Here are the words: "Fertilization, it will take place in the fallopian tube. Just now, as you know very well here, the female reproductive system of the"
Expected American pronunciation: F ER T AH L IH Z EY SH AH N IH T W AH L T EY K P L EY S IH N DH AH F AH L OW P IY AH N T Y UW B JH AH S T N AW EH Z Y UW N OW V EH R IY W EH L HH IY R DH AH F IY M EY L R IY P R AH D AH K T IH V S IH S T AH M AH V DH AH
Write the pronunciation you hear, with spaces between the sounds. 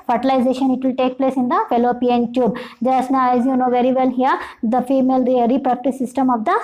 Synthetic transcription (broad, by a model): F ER T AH L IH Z EY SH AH N IH T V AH L T EY K P L EY S IH N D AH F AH L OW P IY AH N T Y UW B JH AH S T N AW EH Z Y UW N OW V EH R IY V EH L HH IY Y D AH F IY M EY L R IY R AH D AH K T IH S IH S T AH M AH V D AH